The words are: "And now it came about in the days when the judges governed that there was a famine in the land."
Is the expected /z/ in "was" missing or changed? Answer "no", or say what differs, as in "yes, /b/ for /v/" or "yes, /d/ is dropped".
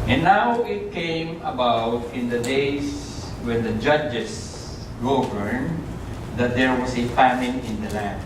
yes, /s/ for /z/